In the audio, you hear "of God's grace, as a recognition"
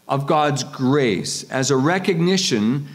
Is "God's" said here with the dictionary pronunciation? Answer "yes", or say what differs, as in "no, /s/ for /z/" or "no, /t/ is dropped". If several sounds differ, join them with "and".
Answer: yes